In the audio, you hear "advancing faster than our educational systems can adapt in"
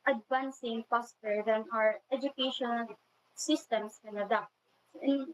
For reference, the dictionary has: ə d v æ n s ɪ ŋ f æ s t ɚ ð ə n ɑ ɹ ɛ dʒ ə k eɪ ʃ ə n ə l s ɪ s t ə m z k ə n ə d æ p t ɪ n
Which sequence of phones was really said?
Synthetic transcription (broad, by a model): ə d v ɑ n s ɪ ŋ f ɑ s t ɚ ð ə n ɑ ɹ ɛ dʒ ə k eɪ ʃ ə n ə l s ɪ s t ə m s k ə n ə d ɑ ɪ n